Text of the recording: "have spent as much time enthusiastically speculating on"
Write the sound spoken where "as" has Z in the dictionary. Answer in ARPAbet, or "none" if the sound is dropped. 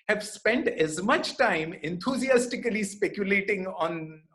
Z